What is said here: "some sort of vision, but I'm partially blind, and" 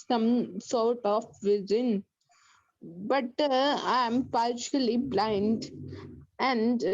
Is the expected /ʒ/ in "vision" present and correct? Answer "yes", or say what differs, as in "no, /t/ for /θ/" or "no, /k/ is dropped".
no, /z/ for /ʒ/